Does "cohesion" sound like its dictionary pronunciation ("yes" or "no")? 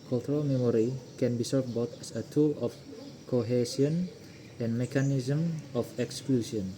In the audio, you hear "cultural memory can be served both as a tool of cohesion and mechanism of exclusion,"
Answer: no